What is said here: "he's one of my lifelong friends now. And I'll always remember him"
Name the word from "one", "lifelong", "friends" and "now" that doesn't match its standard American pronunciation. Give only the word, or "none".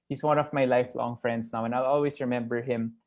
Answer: friends